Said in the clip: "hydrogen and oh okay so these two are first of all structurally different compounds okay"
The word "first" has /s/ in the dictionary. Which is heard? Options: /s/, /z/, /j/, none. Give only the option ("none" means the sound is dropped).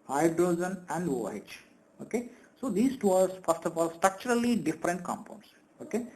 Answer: /s/